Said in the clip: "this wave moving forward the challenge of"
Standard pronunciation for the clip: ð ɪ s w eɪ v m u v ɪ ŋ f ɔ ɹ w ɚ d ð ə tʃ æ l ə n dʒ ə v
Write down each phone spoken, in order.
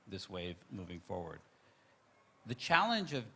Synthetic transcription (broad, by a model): ð ɪ s w eɪ v m u v ɪ ŋ f ɔ ɹ w ɚ d ð ə tʃ æ l ə n dʒ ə v